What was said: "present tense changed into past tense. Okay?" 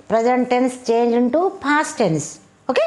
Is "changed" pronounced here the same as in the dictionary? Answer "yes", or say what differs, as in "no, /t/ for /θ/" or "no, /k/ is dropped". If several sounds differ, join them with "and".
no, /d/ is dropped